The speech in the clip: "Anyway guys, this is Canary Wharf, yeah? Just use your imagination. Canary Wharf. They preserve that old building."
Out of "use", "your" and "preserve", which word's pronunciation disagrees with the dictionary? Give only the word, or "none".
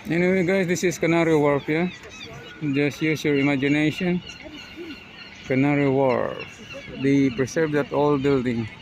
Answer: preserve